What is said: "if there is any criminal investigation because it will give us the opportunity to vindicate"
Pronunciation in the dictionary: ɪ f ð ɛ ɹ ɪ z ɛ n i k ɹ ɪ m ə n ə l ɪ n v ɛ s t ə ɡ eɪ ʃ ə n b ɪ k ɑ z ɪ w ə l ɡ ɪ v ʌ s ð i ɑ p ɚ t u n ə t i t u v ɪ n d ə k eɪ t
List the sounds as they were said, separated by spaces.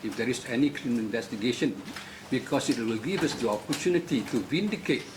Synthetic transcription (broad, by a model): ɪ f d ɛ ɹ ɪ s ɛ n i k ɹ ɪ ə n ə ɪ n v ɛ s t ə ɡ eɪ ʃ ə n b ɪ k ɑ s ɪ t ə l ɡ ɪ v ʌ s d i ɑ p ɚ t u n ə t i t u v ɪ n d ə k eɪ t